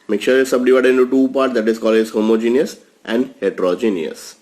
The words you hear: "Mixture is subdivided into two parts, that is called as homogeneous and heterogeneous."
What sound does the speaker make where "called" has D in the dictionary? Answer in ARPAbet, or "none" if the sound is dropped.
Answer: none